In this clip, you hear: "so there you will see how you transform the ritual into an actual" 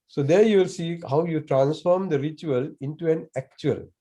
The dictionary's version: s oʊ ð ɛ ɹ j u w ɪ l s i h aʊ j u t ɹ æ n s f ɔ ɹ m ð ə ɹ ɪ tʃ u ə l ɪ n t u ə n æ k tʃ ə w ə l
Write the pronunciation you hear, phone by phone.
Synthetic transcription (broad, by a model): s oʊ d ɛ ɹ j u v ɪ l s i h aʊ j u t ɹ æ n s f ɔ ɹ m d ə ɹ ɪ tʃ u ə l ɪ n t u ə n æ k tʃ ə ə l